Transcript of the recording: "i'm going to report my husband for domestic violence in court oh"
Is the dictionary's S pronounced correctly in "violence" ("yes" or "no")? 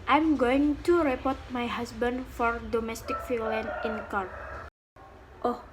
no